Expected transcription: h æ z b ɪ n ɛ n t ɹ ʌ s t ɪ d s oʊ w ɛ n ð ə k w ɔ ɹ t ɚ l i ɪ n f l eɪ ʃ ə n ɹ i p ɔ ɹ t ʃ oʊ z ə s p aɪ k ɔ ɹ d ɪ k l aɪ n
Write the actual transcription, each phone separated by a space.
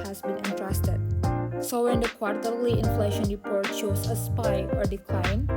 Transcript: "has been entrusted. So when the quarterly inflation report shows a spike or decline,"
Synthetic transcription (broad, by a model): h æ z b ɪ n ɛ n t ɹ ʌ s t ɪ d s oʊ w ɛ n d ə k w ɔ ɹ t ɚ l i ɪ n f l eɪ ʃ ə n ɹ i p ɔ ɹ t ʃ oʊ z ə s p aɪ ɔ ɹ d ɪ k l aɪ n